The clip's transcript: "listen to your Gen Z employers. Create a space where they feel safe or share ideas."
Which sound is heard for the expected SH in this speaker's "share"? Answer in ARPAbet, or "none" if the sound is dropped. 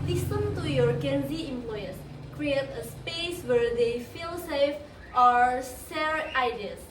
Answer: S